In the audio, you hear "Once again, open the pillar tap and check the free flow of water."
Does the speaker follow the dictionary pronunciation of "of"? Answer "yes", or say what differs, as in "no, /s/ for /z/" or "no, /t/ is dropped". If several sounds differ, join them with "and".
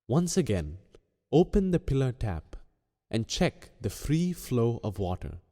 yes